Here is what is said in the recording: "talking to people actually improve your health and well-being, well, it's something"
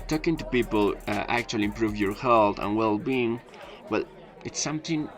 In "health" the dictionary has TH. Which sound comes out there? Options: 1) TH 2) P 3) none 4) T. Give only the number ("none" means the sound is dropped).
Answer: 4